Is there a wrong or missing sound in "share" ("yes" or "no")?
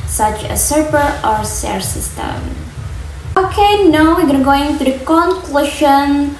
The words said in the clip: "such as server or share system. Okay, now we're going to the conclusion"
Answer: yes